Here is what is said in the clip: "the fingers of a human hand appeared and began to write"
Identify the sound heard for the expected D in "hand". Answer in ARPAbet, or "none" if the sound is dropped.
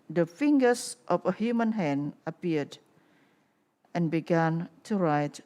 none